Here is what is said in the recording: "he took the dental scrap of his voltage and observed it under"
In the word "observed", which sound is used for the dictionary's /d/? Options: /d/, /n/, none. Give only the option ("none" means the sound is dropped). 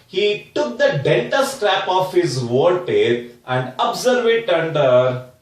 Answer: none